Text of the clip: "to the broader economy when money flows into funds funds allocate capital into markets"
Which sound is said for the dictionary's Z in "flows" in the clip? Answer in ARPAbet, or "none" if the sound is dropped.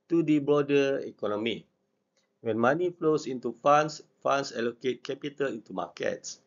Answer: S